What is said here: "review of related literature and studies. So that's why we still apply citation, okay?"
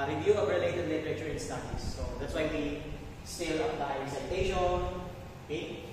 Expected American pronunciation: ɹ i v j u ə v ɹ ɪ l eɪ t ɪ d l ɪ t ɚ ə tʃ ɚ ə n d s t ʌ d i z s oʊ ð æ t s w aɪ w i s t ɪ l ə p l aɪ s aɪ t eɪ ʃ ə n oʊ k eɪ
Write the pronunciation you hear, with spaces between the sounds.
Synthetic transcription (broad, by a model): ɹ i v j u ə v ɹ ɪ l eɪ t ɪ d l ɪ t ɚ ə tʃ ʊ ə n s t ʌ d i s oʊ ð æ t s w aɪ w i s t ɪ l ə l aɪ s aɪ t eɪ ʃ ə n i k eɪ